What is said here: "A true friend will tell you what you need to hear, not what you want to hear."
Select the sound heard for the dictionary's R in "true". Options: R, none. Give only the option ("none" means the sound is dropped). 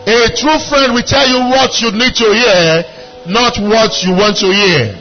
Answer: R